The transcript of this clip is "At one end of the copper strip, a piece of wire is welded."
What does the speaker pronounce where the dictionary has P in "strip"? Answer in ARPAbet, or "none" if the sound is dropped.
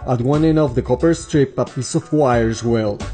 P